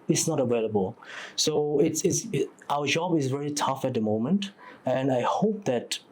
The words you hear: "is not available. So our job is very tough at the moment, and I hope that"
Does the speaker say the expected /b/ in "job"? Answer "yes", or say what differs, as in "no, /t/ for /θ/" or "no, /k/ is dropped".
yes